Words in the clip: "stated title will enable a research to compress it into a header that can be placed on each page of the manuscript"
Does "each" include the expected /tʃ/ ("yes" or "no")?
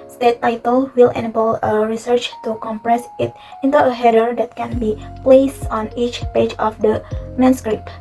yes